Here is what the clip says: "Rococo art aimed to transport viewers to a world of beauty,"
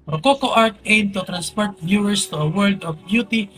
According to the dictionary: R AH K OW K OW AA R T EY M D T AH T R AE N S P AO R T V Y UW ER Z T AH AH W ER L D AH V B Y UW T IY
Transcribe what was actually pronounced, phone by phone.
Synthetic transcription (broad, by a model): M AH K OW K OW AA R T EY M T AH T R AE N S P AO R T B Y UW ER S T AH AH W ER L D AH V B Y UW T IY